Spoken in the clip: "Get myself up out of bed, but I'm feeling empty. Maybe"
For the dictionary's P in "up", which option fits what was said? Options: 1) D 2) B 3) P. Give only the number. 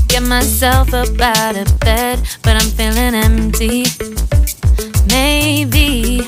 2